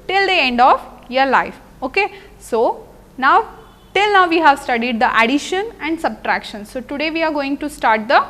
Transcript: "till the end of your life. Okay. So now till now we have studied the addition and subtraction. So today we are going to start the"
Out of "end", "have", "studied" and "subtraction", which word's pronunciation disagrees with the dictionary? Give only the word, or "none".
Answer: none